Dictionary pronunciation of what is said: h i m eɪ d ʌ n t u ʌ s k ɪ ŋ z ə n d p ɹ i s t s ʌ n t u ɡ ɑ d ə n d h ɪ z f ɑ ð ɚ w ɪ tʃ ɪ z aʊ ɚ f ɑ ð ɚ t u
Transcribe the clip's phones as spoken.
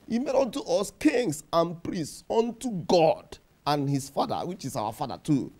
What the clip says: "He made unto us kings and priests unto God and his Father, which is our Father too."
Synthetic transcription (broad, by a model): h i m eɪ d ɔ n t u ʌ s k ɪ ŋ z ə n p ɹ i s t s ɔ n t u ɡ ɑ d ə n h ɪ s f ɑ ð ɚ w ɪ tʃ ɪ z aʊ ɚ f ɑ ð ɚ t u